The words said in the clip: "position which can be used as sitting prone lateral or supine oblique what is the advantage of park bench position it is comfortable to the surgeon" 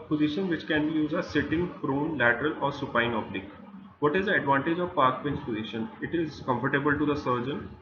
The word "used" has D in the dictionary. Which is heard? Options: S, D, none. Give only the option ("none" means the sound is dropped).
none